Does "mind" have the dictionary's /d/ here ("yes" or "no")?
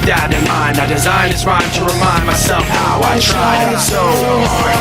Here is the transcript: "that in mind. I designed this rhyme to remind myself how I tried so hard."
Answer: no